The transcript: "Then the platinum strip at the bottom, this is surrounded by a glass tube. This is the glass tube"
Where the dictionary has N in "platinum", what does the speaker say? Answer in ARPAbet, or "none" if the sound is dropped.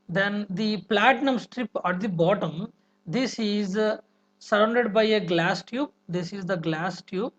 N